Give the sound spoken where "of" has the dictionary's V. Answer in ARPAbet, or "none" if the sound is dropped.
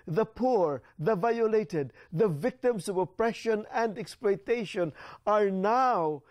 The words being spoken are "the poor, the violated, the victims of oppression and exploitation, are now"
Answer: V